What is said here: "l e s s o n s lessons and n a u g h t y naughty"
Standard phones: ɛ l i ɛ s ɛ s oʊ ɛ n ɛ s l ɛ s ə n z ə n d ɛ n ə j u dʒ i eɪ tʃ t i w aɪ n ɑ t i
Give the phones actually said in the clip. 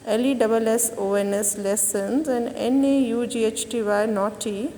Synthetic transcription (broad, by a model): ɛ l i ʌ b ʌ s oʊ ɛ n ɛ s l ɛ s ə n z ə n d ɛ n ə j u dʒ i eɪ tʃ t i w aɪ n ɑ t i